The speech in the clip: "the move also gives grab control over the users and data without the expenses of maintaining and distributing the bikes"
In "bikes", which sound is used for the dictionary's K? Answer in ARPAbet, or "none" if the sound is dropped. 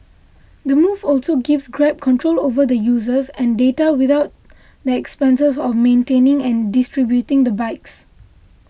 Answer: K